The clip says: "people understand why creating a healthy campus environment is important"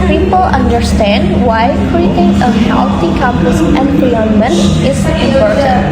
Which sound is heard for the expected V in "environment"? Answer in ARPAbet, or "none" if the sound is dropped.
P